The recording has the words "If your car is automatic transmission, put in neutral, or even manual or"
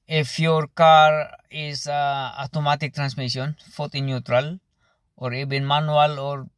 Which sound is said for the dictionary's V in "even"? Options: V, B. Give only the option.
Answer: B